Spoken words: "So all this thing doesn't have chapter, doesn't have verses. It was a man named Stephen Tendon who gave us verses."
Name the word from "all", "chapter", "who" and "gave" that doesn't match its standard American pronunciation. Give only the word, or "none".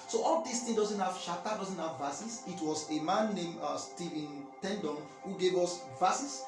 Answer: chapter